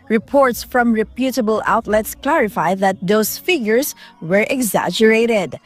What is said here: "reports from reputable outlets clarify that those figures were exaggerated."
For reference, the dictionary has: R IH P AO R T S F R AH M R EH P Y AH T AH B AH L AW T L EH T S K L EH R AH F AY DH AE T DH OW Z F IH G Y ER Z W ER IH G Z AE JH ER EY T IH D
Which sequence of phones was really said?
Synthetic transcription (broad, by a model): R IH P AO R T S F R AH M R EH P Y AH T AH B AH L AW T L EH T S K L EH R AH F AY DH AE T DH OW S F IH G Y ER S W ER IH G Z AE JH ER EY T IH D